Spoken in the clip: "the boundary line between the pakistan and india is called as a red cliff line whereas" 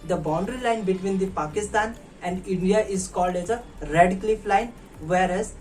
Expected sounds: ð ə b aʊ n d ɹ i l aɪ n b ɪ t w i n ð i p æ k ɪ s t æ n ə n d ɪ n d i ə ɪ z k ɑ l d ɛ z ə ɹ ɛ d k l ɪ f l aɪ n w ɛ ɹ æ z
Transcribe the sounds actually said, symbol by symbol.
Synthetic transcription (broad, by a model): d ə b aʊ n d ɹ i l aɪ n b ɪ t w i n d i p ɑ k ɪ s t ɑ n ə n d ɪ n d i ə ɪ z k ɑ l d ɛ z ə ɹ ɛ d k l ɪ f l aɪ n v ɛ ɹ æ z